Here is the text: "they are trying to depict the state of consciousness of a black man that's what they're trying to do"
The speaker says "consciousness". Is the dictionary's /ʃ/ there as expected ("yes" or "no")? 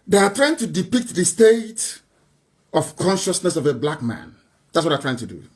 yes